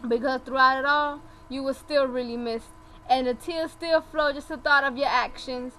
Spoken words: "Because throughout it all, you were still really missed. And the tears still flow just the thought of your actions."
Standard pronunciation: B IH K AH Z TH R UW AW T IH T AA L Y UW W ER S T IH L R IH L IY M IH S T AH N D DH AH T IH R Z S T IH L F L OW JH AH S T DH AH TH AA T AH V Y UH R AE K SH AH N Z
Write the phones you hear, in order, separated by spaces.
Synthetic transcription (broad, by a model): B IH K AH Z TH R UW AW T IH T AA L Y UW W ER S T IH L R IH L IY M IH S T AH N DH AH T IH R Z S T IH L F L OW JH AH S T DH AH TH AA T AH V Y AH R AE K SH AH N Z